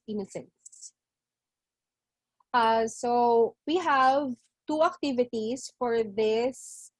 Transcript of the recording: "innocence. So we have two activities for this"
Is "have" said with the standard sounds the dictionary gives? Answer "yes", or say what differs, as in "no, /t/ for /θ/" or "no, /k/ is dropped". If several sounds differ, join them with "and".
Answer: yes